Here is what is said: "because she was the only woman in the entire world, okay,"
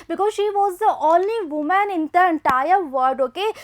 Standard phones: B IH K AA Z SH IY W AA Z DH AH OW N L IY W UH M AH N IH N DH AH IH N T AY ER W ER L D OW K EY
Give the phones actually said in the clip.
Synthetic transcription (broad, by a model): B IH K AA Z SH IY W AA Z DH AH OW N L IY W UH M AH N IH N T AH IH N T AY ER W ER D OW K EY